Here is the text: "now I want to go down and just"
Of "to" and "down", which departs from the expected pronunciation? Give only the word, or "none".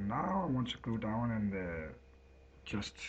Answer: to